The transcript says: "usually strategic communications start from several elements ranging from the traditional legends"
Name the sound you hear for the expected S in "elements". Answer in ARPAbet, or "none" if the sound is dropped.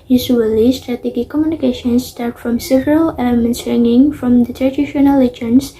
S